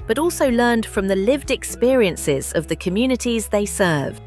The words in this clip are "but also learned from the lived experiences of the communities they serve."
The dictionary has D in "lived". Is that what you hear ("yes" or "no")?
yes